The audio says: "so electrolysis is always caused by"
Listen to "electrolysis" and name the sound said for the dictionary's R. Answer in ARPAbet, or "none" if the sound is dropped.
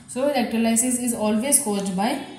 L